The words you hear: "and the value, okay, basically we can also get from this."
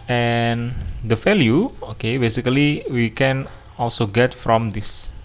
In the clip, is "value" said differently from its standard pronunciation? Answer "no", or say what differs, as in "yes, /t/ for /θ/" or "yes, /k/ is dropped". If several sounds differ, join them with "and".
yes, /f/ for /v/